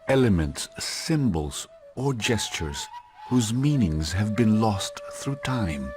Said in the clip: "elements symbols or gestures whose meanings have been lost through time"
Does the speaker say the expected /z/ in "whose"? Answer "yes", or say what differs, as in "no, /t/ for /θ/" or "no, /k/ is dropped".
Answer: yes